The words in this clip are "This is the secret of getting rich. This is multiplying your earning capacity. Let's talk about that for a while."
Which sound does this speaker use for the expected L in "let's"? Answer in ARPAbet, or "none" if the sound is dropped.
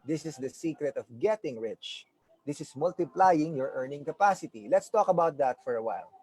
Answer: L